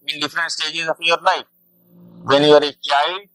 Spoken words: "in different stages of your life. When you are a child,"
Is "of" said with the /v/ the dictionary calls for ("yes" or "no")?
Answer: no